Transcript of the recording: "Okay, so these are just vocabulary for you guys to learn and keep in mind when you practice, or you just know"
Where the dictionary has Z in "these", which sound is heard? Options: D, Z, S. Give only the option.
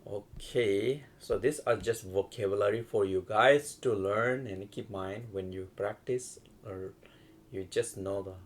S